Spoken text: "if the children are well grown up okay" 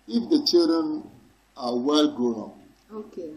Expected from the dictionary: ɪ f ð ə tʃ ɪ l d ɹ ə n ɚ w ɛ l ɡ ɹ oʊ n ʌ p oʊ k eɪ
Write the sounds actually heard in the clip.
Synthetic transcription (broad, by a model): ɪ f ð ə tʃ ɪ l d ɹ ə n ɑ w ɛ l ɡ oʊ ʌ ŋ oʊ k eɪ